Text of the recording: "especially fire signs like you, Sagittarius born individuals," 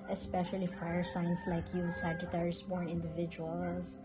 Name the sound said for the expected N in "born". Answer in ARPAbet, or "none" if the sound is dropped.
none